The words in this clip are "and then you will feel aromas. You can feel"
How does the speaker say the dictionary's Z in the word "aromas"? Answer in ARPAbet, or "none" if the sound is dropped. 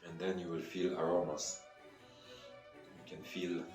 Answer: S